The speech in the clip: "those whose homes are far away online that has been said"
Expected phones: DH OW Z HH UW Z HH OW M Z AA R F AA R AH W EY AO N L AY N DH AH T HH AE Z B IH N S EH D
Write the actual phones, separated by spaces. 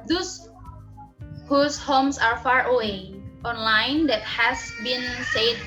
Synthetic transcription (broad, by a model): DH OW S HH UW S HH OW M S AA R F AA R AH W EY AO N L AY N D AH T HH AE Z B IH N S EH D